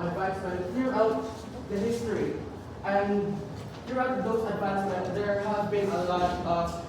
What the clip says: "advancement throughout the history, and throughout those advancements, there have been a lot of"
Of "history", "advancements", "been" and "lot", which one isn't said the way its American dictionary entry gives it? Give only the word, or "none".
advancements